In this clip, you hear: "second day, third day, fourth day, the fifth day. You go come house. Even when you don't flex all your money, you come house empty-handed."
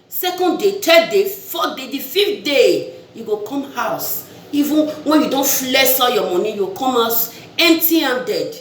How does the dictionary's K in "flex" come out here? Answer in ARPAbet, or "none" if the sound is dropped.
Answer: none